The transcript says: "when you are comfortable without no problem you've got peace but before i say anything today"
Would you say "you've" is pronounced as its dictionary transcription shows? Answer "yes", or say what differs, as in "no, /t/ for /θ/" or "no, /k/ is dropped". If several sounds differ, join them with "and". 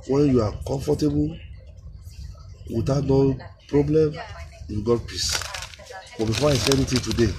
no, /w/ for /v/